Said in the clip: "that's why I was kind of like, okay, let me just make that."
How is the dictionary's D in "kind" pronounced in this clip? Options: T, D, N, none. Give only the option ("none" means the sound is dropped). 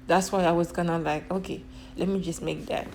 none